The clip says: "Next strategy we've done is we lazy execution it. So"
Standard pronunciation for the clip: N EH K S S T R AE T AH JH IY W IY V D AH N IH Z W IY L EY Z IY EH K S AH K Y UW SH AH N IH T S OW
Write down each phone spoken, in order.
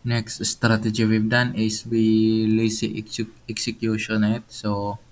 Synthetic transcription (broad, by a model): N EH K S S T R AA T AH JH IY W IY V D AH N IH S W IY L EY S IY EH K S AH K Y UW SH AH N IH T S OW